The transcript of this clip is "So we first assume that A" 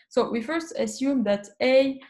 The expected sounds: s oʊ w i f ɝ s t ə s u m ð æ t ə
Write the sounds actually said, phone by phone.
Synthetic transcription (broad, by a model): s oʊ w i f ɝ s t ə s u m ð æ t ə